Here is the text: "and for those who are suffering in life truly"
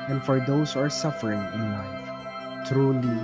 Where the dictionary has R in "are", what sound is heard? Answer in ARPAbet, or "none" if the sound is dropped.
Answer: R